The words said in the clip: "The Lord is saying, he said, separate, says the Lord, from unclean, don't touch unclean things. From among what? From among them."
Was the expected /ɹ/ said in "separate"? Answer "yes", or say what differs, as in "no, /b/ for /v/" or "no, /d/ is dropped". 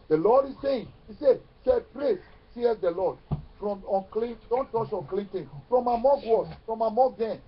yes